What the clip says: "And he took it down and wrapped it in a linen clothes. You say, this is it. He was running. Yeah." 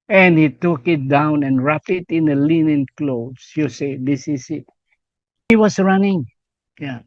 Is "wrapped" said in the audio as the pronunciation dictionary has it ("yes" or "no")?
no